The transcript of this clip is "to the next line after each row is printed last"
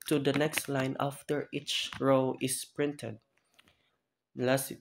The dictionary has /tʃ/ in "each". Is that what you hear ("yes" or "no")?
yes